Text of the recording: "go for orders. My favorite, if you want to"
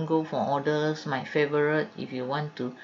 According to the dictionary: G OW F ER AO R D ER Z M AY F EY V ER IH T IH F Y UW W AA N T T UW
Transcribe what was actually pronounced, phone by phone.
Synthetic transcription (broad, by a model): G OW F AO AO D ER S M AY F EY V ER IH T IH F Y UW W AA N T T UW